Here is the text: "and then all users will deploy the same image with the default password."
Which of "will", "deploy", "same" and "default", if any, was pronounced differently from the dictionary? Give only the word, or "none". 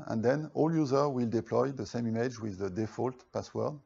none